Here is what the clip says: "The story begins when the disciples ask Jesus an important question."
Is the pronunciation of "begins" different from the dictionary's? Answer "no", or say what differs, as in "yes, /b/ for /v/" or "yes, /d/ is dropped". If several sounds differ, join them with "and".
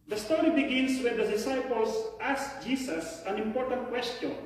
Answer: yes, /s/ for /z/